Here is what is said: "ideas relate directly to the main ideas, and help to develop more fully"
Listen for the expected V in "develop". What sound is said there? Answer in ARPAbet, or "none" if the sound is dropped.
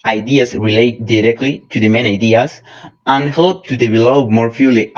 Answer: B